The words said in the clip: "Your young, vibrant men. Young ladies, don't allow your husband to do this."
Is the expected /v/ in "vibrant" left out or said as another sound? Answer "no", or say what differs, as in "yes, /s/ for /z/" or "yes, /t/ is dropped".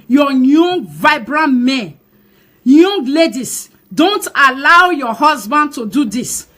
no